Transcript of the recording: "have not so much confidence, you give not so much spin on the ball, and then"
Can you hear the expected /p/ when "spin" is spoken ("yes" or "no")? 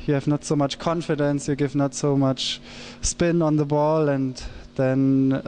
yes